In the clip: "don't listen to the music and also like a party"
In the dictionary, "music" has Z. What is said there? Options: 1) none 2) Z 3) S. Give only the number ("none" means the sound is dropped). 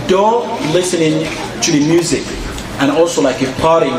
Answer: 2